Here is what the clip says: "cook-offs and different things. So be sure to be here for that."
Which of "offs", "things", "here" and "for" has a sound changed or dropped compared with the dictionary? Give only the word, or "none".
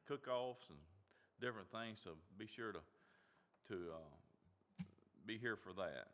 none